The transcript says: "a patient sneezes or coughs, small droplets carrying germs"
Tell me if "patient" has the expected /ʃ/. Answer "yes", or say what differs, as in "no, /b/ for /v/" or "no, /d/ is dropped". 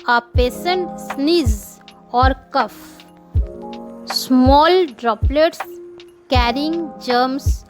no, /s/ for /ʃ/